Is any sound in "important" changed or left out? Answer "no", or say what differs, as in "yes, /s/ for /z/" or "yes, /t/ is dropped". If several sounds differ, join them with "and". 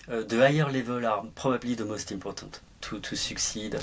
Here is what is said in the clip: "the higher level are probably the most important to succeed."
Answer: yes, /m/ is dropped and /n/ is dropped